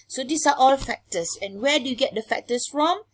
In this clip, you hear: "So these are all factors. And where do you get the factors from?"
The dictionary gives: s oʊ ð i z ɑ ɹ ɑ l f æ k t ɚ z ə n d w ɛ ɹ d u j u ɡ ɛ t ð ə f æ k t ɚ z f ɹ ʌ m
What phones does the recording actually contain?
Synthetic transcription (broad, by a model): s oʊ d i s ɑ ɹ ɑ l f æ k t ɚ s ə n w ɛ d u j u ɡ ɛ t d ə f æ k t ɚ s f ɹ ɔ m